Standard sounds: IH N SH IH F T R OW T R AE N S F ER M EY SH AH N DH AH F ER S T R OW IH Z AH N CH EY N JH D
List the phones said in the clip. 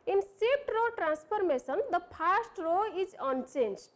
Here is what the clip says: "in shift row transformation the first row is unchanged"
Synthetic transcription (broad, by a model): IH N S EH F T R OW T R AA N S P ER M EY S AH N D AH P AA S T R OW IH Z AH N CH EY N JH